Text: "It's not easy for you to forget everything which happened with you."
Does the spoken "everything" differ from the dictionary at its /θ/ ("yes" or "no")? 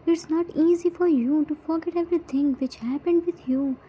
yes